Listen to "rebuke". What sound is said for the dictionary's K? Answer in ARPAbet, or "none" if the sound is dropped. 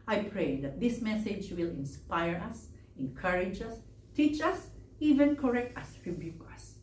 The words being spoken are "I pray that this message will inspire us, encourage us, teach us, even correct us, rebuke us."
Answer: K